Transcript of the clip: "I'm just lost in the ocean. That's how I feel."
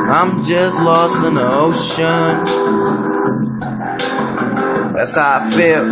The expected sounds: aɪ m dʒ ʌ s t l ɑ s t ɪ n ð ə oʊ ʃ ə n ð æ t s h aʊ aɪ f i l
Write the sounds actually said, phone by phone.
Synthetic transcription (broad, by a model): aɪ m dʒ ʌ s t l ɑ s t ɪ n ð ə oʊ ʃ ə n ð æ t s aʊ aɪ f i